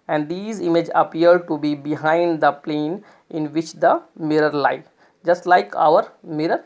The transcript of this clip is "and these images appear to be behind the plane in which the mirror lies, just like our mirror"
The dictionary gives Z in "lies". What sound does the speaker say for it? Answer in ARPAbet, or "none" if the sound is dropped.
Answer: none